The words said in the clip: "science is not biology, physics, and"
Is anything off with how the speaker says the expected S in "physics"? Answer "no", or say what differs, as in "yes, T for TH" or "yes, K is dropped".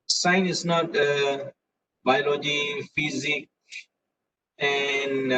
yes, S is dropped